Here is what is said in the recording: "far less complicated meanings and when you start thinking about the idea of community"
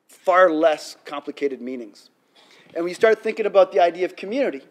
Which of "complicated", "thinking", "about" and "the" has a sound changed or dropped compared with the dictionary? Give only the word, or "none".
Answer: none